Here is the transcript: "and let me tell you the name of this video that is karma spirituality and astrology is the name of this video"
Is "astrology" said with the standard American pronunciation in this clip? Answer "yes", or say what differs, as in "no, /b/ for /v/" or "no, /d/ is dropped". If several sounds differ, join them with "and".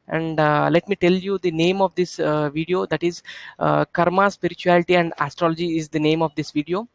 yes